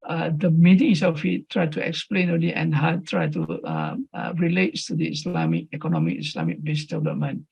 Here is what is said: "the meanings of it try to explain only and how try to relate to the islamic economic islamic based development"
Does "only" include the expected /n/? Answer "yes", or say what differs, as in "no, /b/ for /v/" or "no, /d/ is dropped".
no, /n/ is dropped